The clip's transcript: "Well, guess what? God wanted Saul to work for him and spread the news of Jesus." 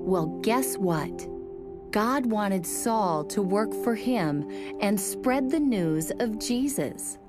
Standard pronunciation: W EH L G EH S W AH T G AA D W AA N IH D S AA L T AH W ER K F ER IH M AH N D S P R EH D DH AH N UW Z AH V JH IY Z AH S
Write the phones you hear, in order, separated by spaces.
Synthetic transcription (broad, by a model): W EH L G EH S W AH T G AA D W AA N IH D S AA L T AH W ER K F ER IH M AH N S P R EH D DH AH N UW Z AH V JH IY Z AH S